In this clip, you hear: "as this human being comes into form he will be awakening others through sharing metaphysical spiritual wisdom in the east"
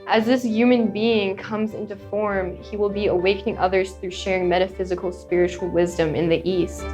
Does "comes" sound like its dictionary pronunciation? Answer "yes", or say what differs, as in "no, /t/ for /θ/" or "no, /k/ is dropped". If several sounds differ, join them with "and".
yes